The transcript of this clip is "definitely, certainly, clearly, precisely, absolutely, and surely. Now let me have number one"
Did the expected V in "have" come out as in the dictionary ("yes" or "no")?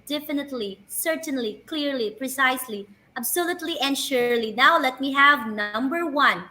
yes